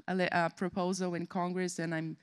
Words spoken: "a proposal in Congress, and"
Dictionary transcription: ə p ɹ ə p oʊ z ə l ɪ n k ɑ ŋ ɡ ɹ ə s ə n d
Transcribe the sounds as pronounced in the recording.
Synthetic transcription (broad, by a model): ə p ɹ ə p oʊ z ə l ɪ n k ɑ ŋ ɡ ɹ ə s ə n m